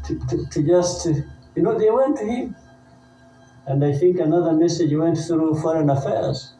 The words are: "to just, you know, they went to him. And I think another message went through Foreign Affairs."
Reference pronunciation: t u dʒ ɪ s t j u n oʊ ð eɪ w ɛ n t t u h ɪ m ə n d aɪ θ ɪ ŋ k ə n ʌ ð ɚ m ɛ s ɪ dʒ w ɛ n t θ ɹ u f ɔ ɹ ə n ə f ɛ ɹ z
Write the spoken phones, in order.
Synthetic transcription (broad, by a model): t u dʒ ɪ s t j u n oʊ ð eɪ w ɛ n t t u h ɪ m ə n d aɪ θ ɪ ŋ k ə n ʌ ð ɚ m ɛ s ɪ dʒ w ɛ n t θ ɹ u f ɔ ɹ ə n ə f ɛ ɹ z